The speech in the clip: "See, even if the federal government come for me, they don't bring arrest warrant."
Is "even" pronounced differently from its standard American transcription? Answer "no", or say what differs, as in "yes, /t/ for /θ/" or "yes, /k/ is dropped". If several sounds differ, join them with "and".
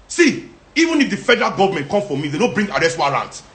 no